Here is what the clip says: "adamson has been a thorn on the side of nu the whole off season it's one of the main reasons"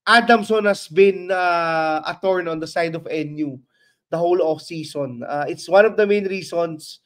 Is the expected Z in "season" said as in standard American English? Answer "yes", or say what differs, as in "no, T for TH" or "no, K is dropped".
no, S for Z